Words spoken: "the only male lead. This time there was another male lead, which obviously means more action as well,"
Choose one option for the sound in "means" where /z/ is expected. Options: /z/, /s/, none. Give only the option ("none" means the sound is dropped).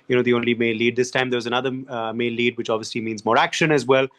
/z/